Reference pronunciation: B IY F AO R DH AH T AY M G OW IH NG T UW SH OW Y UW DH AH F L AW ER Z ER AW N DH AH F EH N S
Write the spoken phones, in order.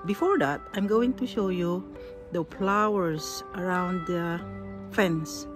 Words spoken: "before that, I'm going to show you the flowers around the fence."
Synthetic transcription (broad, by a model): B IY F AO R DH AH T AY M G OW IH NG T UW SH OW Y UW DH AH P L AW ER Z ER AW N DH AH F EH N S